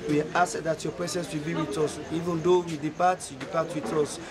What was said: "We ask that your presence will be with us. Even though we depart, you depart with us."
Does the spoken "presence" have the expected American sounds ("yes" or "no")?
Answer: no